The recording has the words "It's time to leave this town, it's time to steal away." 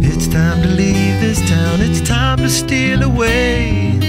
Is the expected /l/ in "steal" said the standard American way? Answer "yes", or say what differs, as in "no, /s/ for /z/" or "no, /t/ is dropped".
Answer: no, /n/ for /l/